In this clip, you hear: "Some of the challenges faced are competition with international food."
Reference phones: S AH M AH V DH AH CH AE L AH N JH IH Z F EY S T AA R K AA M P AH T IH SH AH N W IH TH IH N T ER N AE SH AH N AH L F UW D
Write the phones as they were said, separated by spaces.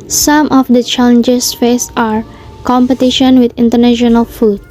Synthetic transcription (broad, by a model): S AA M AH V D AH CH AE L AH N JH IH S F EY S AA R K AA M P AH T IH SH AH N W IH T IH N T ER N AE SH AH N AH L F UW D